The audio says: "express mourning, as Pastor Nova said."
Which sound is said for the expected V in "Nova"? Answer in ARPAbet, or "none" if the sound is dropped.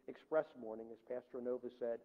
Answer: V